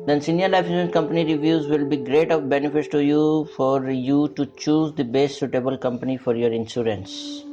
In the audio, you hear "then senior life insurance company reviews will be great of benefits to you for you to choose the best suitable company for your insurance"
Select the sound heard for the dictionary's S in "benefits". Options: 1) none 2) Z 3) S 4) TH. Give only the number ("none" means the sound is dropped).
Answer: 1